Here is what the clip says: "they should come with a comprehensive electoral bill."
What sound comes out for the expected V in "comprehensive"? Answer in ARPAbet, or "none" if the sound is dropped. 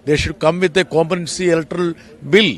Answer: none